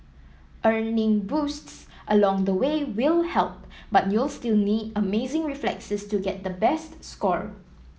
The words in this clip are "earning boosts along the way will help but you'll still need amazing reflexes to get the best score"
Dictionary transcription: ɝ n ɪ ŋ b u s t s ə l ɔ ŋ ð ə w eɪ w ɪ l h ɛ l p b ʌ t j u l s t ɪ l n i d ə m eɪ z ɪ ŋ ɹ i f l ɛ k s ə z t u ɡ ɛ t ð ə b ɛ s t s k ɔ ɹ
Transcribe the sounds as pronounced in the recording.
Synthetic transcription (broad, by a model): ɝ n ɪ ŋ b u s t s ə l ɔ ŋ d ə w eɪ w ɪ l h ɛ l p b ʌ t j u l s t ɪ l n i d ə m eɪ z ɪ ŋ ɹ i f l ɛ k s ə s t u ɡ ɛ t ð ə b ɛ s t s k ɔ ɹ